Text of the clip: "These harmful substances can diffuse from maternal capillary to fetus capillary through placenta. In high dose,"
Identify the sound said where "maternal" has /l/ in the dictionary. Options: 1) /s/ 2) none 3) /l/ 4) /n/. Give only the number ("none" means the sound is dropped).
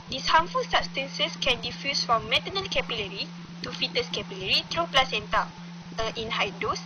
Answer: 4